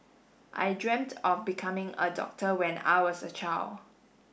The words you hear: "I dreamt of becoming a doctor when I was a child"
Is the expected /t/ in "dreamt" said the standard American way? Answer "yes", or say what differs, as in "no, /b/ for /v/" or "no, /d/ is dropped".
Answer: yes